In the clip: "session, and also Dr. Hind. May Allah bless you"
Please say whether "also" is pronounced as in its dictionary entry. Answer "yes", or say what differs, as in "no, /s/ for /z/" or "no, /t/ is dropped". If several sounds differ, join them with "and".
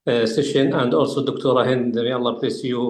yes